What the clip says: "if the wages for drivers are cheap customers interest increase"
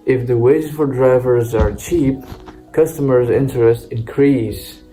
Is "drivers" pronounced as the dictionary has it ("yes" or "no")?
yes